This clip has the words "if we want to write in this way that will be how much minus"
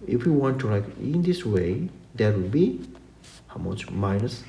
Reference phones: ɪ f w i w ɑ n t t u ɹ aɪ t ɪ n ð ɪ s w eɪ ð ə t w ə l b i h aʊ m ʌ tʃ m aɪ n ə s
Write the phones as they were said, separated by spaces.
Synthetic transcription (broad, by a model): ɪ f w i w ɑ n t t u l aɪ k ɪ n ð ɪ s w eɪ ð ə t w ə l b i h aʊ m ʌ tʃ m aɪ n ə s